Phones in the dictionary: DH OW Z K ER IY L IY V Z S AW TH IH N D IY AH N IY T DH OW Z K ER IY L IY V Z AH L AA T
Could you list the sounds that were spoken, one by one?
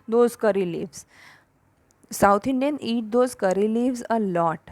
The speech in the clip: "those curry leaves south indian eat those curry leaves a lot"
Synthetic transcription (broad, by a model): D OW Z K ER IY L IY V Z S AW T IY N D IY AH N IY T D OW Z K ER IY L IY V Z AH L AA T